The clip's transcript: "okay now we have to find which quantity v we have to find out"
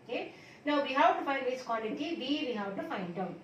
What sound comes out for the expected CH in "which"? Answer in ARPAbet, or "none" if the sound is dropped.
S